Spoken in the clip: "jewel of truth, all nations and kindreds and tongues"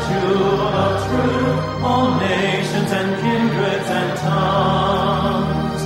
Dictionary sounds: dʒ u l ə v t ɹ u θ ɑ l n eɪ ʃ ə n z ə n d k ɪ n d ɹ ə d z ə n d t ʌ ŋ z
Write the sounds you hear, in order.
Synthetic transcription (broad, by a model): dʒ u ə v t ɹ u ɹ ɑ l n eɪ ʃ ə n z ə n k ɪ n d ɹ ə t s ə n t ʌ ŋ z